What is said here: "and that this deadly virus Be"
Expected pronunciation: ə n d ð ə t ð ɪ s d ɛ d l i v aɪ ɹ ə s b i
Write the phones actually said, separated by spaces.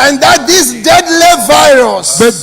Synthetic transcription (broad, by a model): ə n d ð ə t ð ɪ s d ɛ d l i v aɪ ɹ ə s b